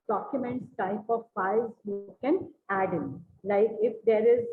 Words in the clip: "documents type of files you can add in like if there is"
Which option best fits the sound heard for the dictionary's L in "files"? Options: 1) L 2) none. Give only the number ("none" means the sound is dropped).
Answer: 2